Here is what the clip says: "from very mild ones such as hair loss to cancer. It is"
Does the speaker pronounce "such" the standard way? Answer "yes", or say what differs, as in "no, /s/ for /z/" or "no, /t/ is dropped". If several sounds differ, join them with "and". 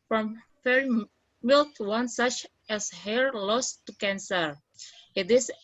yes